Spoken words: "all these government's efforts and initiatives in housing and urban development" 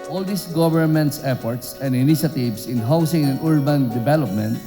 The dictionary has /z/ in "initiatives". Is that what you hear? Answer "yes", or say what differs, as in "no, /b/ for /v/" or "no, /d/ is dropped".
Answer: no, /s/ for /z/